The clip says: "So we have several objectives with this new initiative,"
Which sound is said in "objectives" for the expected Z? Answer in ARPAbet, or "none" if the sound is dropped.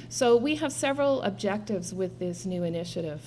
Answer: Z